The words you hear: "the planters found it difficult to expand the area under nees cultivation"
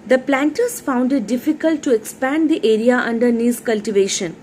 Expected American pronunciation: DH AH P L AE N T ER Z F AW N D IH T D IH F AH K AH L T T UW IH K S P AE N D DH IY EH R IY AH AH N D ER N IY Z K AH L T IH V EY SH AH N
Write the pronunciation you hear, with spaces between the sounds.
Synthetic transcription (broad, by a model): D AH P L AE N T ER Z F AW N D IH T D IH F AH K AH L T T UW IH K S P AE N D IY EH R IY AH AH N D ER N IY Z K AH L T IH V EY SH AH N